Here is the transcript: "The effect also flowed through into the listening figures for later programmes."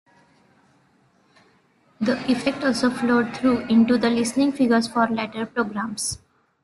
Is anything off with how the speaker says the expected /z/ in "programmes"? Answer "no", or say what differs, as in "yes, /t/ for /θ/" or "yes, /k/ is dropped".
yes, /s/ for /z/